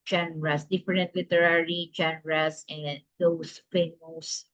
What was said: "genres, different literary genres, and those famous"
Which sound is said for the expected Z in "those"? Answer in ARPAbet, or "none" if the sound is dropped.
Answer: S